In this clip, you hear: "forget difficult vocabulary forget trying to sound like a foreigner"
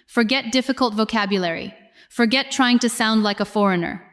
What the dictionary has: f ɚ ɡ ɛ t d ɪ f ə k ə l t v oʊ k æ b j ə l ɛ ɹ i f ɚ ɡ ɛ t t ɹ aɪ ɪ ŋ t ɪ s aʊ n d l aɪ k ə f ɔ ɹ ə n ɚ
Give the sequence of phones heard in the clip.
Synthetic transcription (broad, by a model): f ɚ ɡ ɛ t d ɪ f ə k ə l t v oʊ k æ b j ə l ɛ ɹ i f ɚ ɡ ɛ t t ɹ aɪ ɪ ŋ t ɪ s aʊ n d l aɪ k ə f ɔ ɹ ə n ɚ